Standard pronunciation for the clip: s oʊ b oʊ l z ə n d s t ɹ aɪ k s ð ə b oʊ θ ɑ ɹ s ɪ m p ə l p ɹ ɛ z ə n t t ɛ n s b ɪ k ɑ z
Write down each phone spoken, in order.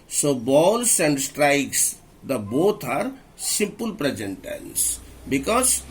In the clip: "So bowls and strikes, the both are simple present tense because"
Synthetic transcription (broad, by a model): s oʊ b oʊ l s ə n d s t ɹ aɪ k s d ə b oʊ t ɑ ɹ s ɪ m p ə l p ɹ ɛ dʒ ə n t t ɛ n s b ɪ k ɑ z